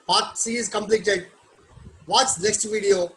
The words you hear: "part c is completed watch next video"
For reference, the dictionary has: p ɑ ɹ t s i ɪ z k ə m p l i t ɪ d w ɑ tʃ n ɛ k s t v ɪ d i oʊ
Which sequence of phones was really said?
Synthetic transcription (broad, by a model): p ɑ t s i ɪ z k ə m p l i t ɪ d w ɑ s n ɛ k s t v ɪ d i oʊ